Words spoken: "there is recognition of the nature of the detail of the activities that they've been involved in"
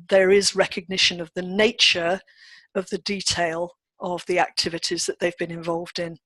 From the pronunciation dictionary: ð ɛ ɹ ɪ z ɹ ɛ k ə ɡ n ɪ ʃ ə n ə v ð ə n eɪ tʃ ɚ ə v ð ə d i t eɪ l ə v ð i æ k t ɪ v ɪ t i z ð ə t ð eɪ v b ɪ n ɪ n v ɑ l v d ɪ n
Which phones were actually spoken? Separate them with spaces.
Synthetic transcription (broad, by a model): ð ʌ ɹ ɪ z ɹ ɛ k ə ɡ n ɪ ʃ ə n ə v ð ə n eɪ tʃ ɚ ə v ð ə d i t eɪ l ə v ð i æ k t ɪ v ɪ t i z ð ə t ð eɪ v b ɪ n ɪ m v ɑ l v d ɪ n